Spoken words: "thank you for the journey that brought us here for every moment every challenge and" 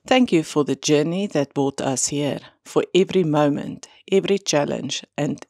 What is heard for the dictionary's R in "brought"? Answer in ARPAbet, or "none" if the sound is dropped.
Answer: none